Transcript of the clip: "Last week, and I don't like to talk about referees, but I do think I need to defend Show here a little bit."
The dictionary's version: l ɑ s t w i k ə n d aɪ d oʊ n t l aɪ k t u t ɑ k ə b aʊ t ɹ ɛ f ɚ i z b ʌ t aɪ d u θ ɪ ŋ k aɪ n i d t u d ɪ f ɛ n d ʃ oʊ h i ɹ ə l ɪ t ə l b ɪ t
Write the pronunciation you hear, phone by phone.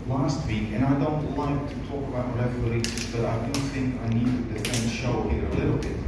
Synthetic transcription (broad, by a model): l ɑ s t w i k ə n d aɪ d oʊ n t w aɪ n t u t ɑ k ə b aʊ t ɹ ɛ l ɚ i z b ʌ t aɪ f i θ ɪ ŋ k aɪ n i d t u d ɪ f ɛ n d ʃ oʊ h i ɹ ə l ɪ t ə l b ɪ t